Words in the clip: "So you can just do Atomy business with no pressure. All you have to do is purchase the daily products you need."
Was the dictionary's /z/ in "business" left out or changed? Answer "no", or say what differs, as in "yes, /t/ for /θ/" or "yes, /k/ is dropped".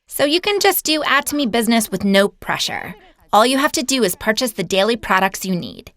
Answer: no